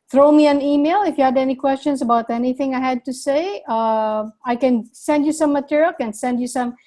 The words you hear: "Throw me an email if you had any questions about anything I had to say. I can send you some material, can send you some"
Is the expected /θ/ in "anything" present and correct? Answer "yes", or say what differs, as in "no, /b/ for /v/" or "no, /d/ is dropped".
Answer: yes